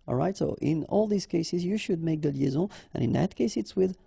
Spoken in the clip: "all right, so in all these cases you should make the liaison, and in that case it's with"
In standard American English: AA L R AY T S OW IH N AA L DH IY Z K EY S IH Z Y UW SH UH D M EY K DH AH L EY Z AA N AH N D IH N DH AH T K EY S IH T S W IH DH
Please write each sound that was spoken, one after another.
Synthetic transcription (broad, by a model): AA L R AY T S OW IH N AA L DH IY Z K EY S IH Z Y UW SH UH D M EY K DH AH L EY Z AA AH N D IH N DH AH T K EY S IH T S W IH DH